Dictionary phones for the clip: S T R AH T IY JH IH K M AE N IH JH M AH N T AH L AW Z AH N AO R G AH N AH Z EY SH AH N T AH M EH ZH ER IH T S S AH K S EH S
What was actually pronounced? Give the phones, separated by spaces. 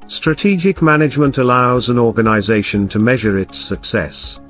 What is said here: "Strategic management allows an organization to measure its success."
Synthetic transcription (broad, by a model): S T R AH T IY JH IH K M AE N IH JH M AH N T AH L AW Z AH N AO R G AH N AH Z EY SH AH N T AH M EH ZH ER IH T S S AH K S EH S